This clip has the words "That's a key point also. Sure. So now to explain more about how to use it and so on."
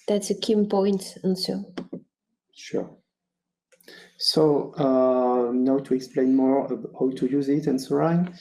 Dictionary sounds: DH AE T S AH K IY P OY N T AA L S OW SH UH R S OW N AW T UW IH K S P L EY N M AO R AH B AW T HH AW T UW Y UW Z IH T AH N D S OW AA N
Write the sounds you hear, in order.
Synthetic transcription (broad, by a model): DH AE T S AH K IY P OY N T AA N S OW SH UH R S OW N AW T UW IH K S P L EY N M AO R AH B HH AW T UW Y UW Z IH T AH N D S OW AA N